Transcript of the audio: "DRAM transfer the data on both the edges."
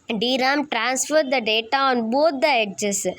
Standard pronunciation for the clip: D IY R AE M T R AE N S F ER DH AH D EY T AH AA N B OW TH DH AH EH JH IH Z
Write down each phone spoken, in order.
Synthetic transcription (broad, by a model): D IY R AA M T R AE N S F ER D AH D EY T AH AA N B OW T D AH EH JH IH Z